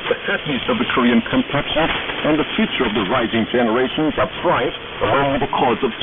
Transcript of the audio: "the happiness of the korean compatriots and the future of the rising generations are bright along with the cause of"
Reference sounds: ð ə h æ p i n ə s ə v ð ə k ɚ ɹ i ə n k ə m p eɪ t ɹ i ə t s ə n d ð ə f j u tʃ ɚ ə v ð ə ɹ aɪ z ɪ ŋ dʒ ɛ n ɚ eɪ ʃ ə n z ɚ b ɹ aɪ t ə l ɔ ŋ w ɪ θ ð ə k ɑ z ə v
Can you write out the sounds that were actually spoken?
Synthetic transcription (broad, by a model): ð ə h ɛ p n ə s ə v ð ə k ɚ ɹ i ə n k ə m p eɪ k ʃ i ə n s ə n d ð ə f j u tʃ ɚ ə v ð ə ɹ aɪ z ɪ ŋ dʒ ɛ n ɚ eɪ ʃ ə n z ɚ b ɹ aɪ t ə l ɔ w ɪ ð ə k ɑ z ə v